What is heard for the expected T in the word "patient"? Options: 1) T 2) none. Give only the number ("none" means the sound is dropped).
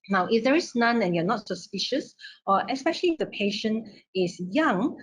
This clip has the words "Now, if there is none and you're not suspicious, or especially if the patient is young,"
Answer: 2